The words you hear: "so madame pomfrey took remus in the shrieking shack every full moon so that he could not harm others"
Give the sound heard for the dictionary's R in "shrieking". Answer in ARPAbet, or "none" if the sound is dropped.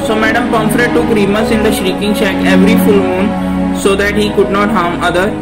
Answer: R